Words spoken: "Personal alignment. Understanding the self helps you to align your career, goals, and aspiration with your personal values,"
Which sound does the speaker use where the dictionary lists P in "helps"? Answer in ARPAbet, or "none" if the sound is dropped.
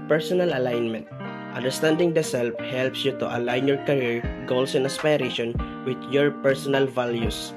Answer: P